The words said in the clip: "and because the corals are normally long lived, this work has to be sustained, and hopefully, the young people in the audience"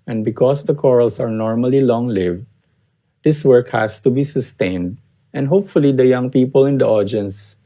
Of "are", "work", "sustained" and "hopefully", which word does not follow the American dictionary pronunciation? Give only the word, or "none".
none